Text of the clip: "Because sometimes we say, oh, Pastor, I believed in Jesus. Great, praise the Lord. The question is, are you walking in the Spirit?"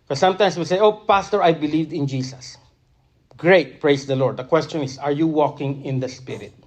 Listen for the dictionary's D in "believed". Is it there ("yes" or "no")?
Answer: yes